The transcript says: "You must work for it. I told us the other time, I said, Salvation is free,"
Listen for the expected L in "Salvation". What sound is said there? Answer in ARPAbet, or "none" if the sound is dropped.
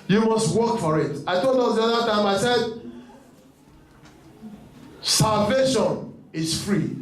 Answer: L